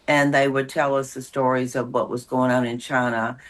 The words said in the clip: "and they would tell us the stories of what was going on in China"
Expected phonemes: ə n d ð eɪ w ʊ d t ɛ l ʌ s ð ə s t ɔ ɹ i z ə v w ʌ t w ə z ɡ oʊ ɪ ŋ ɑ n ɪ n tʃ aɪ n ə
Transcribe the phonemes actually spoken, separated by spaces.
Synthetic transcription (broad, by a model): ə n ð eɪ w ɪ d t ɛ l ʌ s ð ə s t ɔ ɹ i z ə v w ʌ t w ə z ɡ oʊ ɪ ŋ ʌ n ɪ n tʃ aɪ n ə